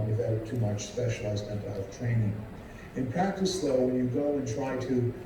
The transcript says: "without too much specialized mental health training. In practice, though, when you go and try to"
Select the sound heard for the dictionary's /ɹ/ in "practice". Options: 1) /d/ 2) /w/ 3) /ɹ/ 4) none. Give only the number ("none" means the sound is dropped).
4